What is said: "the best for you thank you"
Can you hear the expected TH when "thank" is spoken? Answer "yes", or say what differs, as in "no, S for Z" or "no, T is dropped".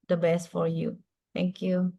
no, T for TH